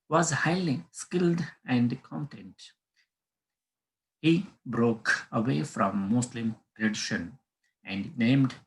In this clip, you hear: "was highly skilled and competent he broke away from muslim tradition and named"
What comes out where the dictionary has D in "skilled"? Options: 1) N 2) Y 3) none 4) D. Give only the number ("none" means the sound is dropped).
4